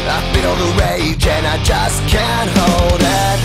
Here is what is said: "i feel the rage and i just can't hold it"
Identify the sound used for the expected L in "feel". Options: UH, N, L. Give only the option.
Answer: N